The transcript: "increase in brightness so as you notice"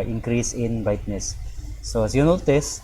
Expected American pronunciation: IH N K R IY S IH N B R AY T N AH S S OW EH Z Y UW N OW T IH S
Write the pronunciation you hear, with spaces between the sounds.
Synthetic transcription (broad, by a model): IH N K R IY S IH N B AY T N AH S S OW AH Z Y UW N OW T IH S